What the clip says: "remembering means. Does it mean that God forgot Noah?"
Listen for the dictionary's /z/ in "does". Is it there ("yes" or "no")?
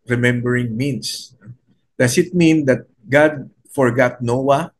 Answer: no